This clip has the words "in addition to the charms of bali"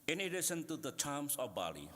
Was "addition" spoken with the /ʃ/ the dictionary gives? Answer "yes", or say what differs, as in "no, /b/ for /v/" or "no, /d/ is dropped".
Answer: no, /s/ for /ʃ/